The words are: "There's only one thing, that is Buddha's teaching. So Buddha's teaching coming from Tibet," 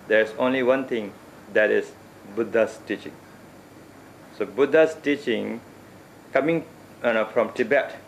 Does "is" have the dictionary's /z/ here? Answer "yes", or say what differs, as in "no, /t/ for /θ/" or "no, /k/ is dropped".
no, /s/ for /z/